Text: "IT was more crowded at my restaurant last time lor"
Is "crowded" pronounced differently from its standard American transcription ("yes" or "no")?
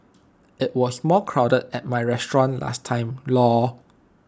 no